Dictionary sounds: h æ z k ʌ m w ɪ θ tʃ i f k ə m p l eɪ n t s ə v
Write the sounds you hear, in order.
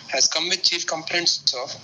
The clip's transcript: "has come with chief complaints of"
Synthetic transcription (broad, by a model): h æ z k ʌ m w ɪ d tʃ i f k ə m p n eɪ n s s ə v